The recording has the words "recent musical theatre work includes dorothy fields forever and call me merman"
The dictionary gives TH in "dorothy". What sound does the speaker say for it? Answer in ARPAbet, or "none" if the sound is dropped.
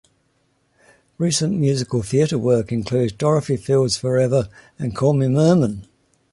F